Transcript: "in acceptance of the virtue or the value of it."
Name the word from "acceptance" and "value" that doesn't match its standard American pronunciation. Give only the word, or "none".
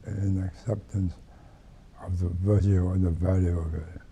none